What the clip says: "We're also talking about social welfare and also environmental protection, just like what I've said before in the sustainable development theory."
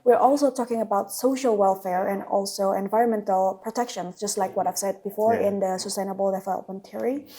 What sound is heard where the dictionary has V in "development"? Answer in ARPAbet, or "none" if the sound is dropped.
F